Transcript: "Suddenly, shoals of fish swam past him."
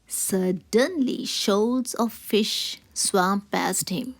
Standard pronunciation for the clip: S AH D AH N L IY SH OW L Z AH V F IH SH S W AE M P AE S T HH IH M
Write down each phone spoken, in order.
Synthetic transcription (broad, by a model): S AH D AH N L IY SH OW Z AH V F IH SH S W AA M P AE S T HH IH M